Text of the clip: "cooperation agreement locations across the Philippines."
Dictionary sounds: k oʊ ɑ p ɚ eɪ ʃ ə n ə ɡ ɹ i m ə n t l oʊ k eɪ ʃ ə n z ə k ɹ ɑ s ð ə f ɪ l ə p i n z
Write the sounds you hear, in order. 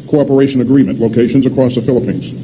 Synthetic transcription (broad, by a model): k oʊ ɑ p ɚ eɪ ʃ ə n ə ɡ ɹ i m ə n t l oʊ k eɪ ʃ ə n z ə k ɹ ɑ s ð ə f ɪ l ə p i n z